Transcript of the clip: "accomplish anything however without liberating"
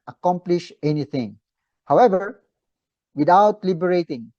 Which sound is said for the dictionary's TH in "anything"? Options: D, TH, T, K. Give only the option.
T